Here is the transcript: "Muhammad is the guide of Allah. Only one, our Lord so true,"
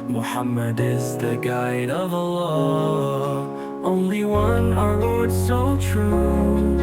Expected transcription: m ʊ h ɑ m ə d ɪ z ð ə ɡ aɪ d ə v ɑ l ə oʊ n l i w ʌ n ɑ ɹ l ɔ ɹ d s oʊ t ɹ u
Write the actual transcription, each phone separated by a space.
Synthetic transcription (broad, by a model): m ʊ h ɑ m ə d ɪ z ð ə ɡ aɪ d ə v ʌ l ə oʊ n l i w ʌ n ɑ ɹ w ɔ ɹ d s oʊ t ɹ u